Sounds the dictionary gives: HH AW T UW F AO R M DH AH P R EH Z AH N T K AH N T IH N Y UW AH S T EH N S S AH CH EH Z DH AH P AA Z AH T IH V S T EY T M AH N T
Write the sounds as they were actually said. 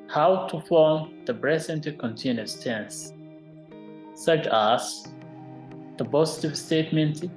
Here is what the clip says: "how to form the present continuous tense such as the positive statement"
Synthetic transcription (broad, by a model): HH AW T UW F AO R M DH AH B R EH S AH N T K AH N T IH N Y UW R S T EH N S S AH CH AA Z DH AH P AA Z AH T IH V S T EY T M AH N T